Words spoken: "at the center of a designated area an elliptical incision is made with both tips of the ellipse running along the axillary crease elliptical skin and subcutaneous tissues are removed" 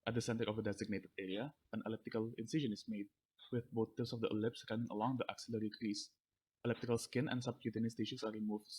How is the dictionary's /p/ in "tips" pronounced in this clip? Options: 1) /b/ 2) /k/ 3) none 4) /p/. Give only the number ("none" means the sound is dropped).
3